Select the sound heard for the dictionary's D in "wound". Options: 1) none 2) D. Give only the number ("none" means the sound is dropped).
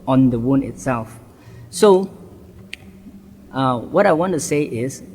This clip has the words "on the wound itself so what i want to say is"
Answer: 1